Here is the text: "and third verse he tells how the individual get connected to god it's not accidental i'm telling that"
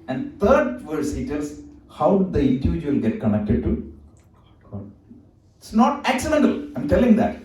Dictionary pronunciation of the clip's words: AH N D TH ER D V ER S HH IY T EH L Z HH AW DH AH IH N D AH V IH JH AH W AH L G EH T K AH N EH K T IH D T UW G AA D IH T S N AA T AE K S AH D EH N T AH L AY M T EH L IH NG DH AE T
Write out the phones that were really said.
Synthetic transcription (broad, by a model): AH N D T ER D V ER S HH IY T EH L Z HH AW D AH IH N D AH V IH JH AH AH L G EH T K AH N EH K T IH D T UW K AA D IH T S N AA T AE K S AH D EH N T AH L AY M T EH L IH NG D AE T